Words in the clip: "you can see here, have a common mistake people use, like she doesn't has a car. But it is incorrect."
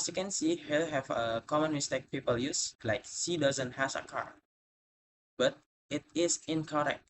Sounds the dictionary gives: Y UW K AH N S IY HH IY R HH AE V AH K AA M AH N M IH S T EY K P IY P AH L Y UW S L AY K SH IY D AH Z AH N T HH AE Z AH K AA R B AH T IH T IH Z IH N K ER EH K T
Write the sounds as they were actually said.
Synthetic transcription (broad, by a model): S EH K AH N S IY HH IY L HH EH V AH K AA M AH N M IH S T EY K P IY P AH L Y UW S L AY K S IY D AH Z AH N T HH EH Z AH K AA R B AH T IH T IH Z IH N K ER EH K T